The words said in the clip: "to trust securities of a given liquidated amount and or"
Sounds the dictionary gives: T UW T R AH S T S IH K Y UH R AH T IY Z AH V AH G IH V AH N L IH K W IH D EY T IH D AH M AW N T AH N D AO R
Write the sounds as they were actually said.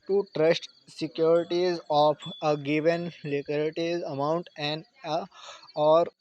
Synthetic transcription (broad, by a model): T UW T R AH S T S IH K Y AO R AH T IY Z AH P AH G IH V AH N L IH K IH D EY T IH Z AH M AW N T AH N D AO R